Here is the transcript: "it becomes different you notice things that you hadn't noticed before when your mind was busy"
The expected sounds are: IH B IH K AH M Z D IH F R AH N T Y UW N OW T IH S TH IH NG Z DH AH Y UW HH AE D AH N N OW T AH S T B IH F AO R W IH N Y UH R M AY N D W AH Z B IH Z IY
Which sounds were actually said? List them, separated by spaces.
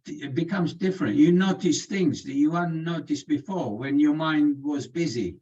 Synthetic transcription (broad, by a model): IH B IH K AH M Z D IH F R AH N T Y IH N OW T IH S TH IH NG Z DH AH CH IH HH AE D N N OW T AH S B IH F AO R W IH N Y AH R M AY N D W AH Z B IH Z IY